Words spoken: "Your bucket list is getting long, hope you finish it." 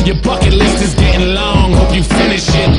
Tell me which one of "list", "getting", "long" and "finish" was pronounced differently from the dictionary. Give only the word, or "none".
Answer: list